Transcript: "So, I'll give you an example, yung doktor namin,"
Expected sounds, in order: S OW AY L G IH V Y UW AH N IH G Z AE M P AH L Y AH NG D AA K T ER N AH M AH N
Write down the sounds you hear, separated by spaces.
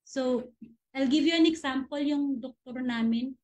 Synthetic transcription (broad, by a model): S OW AY L G IH V Y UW AH N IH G S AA M P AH L Y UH NG D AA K T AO N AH M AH N